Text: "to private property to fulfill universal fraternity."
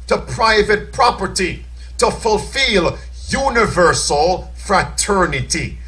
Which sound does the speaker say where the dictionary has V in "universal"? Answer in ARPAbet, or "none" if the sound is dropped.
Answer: V